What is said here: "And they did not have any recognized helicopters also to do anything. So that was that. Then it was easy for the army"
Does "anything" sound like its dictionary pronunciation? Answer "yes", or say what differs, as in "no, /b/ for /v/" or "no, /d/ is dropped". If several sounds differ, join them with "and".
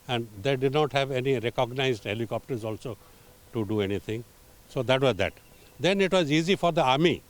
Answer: no, /t/ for /θ/